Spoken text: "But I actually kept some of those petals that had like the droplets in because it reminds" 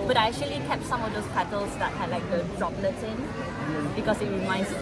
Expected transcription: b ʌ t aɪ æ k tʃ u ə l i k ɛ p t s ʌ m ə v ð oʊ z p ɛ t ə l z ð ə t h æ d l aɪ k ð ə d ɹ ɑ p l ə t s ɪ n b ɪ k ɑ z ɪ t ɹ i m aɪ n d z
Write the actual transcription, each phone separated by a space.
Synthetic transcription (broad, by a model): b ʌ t aɪ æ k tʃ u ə l i k ɛ p t s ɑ m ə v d oʊ s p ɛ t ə l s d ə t h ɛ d l aɪ k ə d ɹ ɑ p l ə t ɪ n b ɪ k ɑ s ɪ t ɹ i m aɪ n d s